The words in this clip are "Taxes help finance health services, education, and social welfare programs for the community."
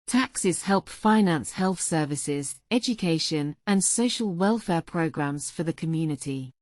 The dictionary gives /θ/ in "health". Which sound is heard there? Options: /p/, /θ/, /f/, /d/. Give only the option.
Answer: /θ/